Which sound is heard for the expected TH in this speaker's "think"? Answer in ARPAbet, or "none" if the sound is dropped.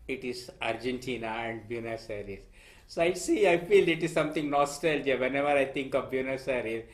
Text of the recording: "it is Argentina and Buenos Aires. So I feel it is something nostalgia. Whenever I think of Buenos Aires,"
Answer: T